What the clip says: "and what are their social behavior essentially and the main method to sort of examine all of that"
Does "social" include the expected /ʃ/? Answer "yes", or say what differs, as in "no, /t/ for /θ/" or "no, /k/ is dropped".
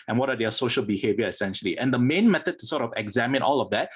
yes